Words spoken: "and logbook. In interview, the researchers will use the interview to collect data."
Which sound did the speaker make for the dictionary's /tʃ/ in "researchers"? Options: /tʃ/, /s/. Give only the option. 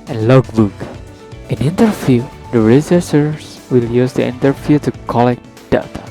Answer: /s/